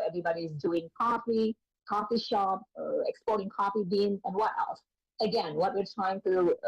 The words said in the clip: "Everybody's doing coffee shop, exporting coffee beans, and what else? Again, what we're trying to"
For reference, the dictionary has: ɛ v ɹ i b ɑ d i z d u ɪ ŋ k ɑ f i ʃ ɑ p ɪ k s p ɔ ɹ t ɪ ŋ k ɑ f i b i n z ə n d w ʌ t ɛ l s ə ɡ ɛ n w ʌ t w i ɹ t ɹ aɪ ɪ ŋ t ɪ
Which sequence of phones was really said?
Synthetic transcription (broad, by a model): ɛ v ɹ i b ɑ d i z d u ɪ ŋ k ɑ f i ʃ ɑ p ɪ k s p ɔ ɹ t ɪ ŋ k ɑ f i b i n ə n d w ʌ t ɛ l s ə ɡ ɛ n w ʌ t w i ɹ t ɹ aɪ ɪ ŋ t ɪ